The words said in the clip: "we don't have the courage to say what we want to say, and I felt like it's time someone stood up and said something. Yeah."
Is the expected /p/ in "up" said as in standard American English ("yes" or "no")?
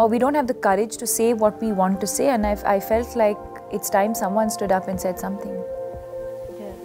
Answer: yes